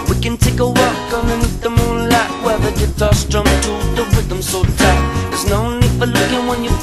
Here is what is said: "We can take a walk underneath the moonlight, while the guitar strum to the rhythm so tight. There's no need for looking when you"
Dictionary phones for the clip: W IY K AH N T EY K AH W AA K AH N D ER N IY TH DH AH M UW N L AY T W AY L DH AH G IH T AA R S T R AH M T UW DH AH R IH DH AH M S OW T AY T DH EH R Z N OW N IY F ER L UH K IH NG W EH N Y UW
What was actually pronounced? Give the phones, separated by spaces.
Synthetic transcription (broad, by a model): W IY K AH N T EY K AH W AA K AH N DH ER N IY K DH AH M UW N L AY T W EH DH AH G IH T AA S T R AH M T UW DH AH W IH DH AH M S OW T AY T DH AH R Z N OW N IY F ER L UH K IH NG W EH N Y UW